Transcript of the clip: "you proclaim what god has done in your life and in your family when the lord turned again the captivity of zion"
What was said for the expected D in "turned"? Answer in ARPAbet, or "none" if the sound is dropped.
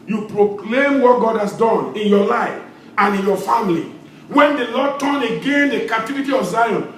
none